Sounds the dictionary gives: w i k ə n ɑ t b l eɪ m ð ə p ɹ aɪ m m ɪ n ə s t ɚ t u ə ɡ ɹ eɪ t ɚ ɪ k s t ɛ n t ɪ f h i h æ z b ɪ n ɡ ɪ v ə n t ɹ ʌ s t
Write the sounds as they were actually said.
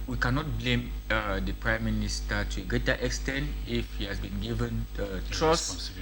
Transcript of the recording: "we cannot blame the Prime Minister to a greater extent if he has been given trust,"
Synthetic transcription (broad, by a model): w i k ə n ɑ t b l eɪ m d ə p ɹ aɪ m m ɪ n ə s t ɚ t u ə ɡ ɹ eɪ t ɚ ɪ k s t ɛ n t ɪ f h i h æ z b ɪ n ɡ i v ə n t ɹ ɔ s